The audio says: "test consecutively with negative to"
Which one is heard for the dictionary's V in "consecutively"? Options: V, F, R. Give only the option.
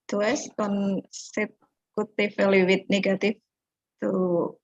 F